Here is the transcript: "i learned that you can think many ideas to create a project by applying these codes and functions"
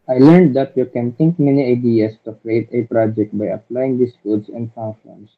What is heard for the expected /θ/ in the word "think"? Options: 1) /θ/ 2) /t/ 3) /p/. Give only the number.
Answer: 2